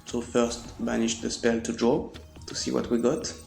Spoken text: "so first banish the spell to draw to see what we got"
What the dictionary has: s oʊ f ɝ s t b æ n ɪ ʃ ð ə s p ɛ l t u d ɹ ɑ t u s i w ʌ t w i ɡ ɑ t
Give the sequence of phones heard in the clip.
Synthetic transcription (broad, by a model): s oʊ f ɝ s t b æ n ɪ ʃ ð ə s p ɛ l t u d ɹ ɑ t u s i w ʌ t w i ɡ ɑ t